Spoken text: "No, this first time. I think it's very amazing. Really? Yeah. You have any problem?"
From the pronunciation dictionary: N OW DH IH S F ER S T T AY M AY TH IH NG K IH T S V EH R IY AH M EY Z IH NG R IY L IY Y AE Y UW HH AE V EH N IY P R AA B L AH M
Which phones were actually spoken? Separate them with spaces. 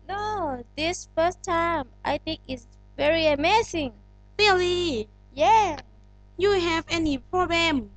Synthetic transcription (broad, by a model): N OW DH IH S F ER S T T AY M AY TH IH NG K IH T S V EH R IY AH M EY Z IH NG L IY L IY Y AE Y UW HH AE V EH N IY P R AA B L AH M